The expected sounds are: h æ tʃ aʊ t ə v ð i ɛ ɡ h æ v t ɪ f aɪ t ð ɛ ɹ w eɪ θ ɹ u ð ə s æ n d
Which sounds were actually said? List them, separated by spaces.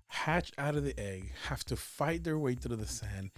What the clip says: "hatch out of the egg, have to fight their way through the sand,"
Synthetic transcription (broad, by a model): h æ tʃ aʊ t ə v ð i ɛ ɡ h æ f t ɪ f aɪ t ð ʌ ɹ w eɪ t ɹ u ð ə s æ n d